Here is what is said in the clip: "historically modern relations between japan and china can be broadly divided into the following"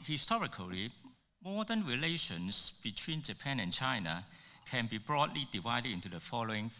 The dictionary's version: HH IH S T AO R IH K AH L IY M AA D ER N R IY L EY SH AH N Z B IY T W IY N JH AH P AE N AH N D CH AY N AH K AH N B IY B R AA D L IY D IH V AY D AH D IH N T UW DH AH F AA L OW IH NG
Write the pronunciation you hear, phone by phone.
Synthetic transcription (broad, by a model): HH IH S T AO R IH K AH L IY M AA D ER N R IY L EY SH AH N S B IY T W IY N JH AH P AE N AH N CH AY N AH K AH N B IY B R AA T L IY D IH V AY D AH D IH N T UW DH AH F AA L OW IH NG